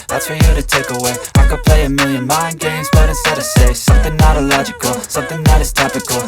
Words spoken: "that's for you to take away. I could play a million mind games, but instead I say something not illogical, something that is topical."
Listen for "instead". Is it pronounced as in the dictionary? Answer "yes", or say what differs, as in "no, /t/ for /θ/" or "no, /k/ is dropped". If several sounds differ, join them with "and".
no, /n/ is dropped